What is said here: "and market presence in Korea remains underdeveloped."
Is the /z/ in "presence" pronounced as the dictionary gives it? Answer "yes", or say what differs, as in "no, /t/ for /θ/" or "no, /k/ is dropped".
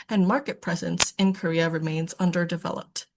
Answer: yes